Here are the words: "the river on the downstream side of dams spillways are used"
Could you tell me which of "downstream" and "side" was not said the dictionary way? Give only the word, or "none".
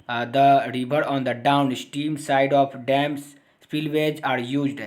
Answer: downstream